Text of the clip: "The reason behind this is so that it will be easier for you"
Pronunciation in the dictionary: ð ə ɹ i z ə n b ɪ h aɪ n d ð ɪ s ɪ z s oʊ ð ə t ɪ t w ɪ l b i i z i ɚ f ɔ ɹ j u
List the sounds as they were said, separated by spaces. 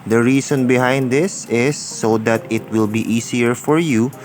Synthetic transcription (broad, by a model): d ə ɹ i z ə n b ɪ h aɪ n d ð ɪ s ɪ s oʊ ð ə t ɪ t w ɪ l b i i s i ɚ f ɔ ɹ j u